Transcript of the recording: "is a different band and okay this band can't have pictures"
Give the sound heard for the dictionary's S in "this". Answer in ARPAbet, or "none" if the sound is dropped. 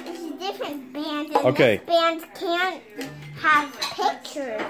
none